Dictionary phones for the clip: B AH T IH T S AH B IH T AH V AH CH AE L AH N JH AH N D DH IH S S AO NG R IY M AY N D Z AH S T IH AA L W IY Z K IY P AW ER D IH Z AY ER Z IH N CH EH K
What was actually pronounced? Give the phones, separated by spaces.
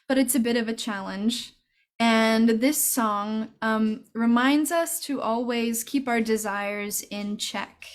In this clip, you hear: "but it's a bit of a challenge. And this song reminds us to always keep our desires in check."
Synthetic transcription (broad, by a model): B AH T IH T S AH B IH T AH V AH CH AE L AH N JH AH N DH IH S S AO NG R IY M AY N D Z AH S T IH AA L W IY Z K IY P AW ER D IH Z AY ER Z IH N CH EH K